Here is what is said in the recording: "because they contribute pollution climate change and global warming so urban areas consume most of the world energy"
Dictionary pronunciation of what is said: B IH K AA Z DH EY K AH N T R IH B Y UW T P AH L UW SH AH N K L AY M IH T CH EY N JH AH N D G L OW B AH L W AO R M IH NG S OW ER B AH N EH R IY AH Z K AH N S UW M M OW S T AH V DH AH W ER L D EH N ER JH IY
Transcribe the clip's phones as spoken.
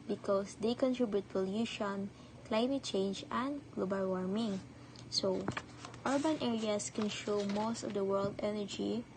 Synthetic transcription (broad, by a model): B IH K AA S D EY K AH N T R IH B Y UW T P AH L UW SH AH N K L AY M IH T CH EY N JH AH N D G L OW B AH L W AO R M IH NG S OW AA B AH N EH R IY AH S K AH N SH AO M M OW S T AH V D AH W ER L D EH N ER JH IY